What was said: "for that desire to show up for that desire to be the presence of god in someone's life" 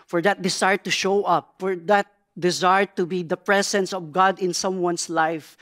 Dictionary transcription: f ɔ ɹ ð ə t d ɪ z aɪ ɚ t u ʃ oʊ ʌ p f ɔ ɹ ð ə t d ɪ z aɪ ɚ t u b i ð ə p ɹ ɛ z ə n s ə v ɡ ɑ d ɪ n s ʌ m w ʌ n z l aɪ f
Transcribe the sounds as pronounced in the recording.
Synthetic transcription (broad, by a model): f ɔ ɹ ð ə t d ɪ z aɪ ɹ t u ʃ oʊ ʌ p f ɔ ɹ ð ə t d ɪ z aɪ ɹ t u b i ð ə p ɹ ɛ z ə n s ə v ɡ ɑ d ɪ n s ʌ m w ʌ n s l aɪ f